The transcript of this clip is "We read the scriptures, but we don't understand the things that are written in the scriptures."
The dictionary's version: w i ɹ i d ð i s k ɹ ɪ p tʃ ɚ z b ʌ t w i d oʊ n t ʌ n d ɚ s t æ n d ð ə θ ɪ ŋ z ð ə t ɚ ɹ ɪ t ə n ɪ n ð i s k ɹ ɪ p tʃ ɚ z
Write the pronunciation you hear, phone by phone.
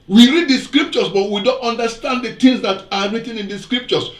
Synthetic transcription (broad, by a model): w i ɹ i d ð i s k ɹ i p tʃ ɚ s b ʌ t w i d oʊ n t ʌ n d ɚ s t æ n d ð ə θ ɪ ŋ s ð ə t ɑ ɹ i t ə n ɪ n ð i s k ɹ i p tʃ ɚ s